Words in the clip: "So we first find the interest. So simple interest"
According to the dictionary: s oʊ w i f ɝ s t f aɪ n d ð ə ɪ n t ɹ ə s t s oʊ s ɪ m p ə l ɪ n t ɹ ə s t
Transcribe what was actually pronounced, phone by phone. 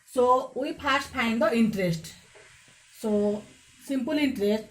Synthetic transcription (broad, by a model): s oʊ w i p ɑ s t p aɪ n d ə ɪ n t ɹ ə s t s oʊ s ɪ m p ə l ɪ n t ɹ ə s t